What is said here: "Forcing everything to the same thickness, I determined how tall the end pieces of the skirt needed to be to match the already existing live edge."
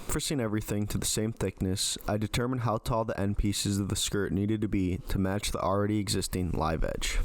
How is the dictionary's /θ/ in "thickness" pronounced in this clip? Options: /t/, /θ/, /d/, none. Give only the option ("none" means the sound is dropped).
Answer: /θ/